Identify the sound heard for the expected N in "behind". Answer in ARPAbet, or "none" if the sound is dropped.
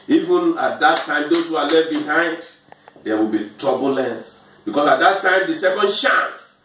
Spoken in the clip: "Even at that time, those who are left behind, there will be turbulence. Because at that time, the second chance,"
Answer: N